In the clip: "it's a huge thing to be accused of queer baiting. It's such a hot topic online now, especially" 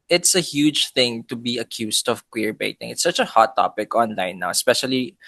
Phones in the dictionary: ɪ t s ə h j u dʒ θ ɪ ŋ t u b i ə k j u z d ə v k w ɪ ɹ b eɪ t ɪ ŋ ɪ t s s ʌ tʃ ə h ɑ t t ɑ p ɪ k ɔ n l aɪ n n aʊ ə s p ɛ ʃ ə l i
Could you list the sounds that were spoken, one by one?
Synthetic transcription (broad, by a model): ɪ t s ə h j u dʒ θ ɪ ŋ t u b i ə k j u s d ə v k w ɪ ɹ b eɪ t ɪ ŋ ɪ t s s ʌ tʃ ə h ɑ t t ɑ p ɪ k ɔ n l aɪ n n aʊ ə s p ɛ ʃ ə l i